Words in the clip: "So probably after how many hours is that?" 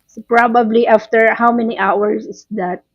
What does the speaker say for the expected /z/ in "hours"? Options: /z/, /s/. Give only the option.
/s/